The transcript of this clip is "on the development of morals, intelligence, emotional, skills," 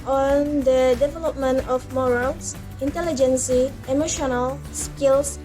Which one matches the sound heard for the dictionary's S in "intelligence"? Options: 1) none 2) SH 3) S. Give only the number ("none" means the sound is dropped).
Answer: 3